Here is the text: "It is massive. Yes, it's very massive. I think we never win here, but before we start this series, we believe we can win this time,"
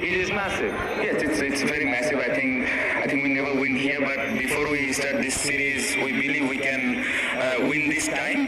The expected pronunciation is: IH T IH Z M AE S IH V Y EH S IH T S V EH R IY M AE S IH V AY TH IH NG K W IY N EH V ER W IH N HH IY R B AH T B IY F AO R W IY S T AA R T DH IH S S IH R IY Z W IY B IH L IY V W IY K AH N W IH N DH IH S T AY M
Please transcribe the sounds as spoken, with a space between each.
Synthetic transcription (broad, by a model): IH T IH Z M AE S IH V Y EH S IH T S V EH R IY M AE S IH V AY T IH NG K W IY N EH V ER W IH N HH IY R B AH T B IY F AO R W IY S T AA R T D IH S S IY R IY Z W IY B IH L IY V W IY K AH N W IH N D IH S T AY M